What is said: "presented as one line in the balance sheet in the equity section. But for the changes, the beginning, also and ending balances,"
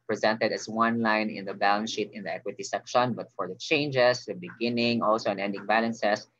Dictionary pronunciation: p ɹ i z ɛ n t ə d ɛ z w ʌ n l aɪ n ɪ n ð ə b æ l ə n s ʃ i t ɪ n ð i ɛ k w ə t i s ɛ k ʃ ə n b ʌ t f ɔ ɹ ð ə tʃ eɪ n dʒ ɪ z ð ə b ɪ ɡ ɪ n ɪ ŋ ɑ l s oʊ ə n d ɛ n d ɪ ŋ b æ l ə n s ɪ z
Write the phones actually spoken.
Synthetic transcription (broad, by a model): p ɹ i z ɛ n t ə d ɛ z w ʌ n l aɪ n ɪ n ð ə b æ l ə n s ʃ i t ɪ n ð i ɛ k w ə t i s ɛ k ʃ ə n b ʌ t f ɔ ɹ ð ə tʃ eɪ n dʒ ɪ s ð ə b ɪ ɡ ɪ n ɪ ŋ ɑ l s oʊ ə n ɛ n d ɪ ŋ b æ l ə n s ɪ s